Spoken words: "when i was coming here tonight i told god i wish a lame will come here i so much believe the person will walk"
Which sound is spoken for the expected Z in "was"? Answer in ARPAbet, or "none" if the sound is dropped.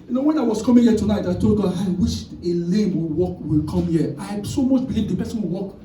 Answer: S